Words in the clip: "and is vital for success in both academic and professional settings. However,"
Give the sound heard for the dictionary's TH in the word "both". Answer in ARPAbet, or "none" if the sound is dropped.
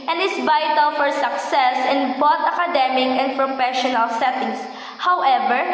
T